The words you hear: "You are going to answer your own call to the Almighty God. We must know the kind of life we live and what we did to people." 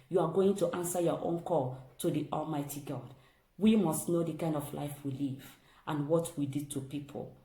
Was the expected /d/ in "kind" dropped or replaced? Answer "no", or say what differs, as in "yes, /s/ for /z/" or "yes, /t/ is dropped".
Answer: no